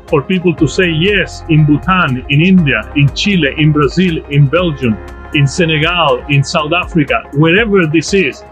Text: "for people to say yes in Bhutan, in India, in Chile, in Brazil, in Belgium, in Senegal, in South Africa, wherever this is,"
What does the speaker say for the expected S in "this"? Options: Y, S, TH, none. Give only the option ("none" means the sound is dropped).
S